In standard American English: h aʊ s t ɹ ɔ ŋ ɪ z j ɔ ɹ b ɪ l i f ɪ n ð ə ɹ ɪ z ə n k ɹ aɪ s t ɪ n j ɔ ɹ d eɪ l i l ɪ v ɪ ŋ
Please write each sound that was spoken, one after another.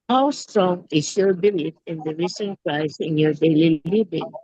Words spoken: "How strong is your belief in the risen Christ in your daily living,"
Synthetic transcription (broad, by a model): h aʊ s t ɹ ɔ ŋ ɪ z j ɔ ɹ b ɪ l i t ɪ n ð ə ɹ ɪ s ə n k ɹ aɪ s ɪ n j ɔ ɹ d eɪ l i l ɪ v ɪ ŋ